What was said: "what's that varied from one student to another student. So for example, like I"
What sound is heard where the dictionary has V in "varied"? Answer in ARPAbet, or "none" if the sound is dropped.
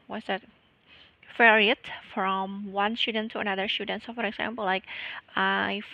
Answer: F